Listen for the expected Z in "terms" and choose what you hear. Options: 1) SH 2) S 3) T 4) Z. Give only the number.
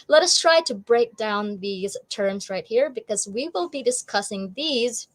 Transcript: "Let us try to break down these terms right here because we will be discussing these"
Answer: 4